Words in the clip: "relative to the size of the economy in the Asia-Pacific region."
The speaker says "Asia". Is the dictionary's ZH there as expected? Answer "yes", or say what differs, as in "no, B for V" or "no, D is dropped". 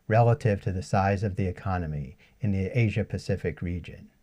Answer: yes